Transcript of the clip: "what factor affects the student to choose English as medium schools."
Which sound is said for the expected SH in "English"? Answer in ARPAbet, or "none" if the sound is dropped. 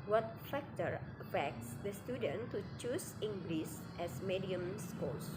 S